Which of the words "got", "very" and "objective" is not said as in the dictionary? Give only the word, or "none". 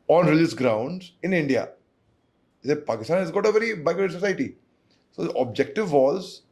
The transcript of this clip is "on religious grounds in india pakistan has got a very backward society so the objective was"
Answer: none